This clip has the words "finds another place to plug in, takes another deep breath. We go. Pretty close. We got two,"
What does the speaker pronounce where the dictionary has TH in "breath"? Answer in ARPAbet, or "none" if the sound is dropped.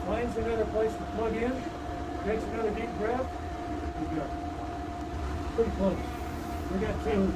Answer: F